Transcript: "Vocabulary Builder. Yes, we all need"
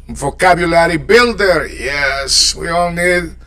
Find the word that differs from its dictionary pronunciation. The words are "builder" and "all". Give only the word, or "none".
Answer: none